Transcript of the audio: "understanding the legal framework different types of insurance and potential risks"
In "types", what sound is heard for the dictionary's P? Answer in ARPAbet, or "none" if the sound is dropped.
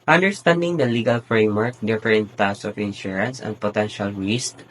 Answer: none